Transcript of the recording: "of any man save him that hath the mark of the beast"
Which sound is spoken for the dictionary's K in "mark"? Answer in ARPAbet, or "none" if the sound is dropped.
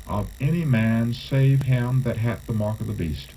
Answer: K